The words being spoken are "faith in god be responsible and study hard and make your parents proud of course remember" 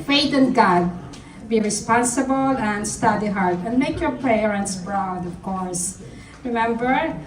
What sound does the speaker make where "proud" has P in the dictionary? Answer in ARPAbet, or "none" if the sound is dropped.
B